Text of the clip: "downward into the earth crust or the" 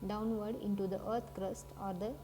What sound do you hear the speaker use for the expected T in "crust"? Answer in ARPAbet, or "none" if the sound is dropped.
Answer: T